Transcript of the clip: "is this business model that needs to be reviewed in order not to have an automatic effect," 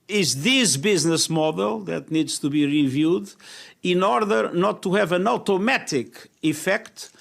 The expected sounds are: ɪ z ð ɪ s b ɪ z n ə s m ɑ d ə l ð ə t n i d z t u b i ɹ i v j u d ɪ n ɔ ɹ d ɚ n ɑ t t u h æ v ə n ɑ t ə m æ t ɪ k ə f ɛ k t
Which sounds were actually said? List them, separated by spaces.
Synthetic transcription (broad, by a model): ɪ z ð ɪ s b ɪ z n ə s m ɑ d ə l ð ə t n i d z t u b i ɹ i v j u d ɪ n ɔ ɹ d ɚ n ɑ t t u h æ v ə n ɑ t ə m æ t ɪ k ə f ɛ k t